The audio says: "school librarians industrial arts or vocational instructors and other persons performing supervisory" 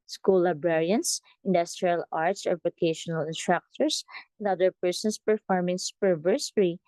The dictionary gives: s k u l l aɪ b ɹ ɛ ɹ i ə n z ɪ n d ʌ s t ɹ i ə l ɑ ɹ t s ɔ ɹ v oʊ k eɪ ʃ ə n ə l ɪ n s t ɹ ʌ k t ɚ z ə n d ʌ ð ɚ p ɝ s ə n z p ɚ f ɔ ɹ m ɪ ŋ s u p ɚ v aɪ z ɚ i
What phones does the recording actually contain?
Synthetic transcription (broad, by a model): s k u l l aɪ b ɹ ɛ ɹ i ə n s ɪ n d ʌ s t ɹ i ə l ɑ ɹ t s ɔ ɹ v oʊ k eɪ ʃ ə n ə l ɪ n s t ɹ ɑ k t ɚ s ə n d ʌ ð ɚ p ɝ s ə n s p ɚ f ɔ ɹ m ɪ ŋ s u p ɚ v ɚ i